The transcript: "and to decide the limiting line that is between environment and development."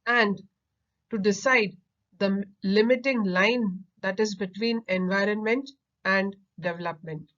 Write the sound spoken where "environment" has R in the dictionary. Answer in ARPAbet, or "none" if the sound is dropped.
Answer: R